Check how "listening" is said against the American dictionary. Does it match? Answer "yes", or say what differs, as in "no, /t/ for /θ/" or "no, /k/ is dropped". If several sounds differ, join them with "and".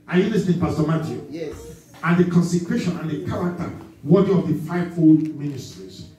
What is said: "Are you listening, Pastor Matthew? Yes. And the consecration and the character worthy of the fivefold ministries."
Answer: no, /n/ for /l/